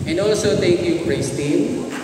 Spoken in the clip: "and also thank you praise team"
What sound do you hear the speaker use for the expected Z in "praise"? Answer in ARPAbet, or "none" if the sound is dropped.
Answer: S